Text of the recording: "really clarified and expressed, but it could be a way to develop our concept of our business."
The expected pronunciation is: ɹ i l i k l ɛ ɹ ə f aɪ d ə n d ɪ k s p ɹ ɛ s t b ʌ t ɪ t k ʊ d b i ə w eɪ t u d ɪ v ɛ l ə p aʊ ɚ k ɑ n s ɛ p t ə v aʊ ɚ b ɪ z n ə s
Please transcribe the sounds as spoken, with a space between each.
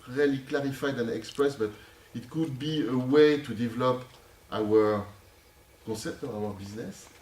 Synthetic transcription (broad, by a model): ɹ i l i k l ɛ ɹ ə f aɪ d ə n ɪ k s p ɹ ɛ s b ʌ t ɪ t k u d b i ə w eɪ t u d ɪ v ɛ l ə p aʊ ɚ k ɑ s ɛ p t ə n aʊ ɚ b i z n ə s